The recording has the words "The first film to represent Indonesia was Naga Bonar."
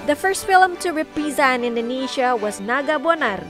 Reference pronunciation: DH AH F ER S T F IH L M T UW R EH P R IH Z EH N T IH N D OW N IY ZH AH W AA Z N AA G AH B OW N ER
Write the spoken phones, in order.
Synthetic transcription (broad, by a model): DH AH F ER S T F IH L M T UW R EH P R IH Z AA N IH N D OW N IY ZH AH W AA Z N AA G AH B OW N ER